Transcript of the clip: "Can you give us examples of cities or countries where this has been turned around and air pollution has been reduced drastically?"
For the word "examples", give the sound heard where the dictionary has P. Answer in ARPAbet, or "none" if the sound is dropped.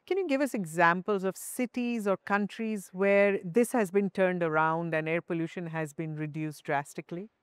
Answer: P